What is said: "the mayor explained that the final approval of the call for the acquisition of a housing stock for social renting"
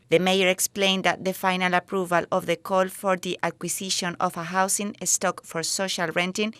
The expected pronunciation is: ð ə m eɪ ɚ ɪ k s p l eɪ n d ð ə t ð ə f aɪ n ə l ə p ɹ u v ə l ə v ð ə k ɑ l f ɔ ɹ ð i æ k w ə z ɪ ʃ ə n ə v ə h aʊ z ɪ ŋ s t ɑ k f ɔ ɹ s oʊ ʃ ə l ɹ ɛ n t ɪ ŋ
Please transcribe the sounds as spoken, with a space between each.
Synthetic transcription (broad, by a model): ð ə m eɪ ɚ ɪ k s p l eɪ n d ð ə t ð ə f aɪ n ə l ə p ɹ u v ə l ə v ð ə k ɑ l f ɔ ɹ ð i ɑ k w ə s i ʃ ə n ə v ə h aʊ s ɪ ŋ s t ɑ k f ɔ ɹ s oʊ ʃ ə l ɹ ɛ n t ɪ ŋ